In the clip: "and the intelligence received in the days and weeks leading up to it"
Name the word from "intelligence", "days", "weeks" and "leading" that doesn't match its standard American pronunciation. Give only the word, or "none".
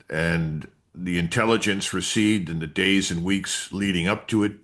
none